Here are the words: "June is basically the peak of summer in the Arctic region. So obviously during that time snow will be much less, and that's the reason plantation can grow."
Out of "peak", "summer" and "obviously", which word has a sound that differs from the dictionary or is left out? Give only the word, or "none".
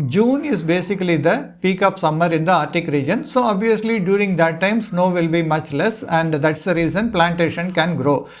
none